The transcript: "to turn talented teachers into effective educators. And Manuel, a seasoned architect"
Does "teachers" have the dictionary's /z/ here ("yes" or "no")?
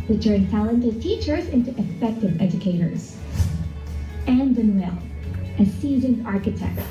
yes